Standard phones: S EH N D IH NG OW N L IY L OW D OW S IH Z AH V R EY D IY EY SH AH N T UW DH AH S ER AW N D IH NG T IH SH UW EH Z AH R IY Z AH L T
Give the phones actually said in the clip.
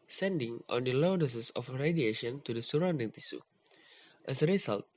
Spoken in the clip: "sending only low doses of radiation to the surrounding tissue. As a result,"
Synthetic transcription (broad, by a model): S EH N D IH NG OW N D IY L OW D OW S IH S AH F R EY D IY EY SH AH N T UW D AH S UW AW N D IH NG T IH S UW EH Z AH R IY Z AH L T